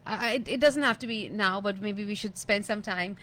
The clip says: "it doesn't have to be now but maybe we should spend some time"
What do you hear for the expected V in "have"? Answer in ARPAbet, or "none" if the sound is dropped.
F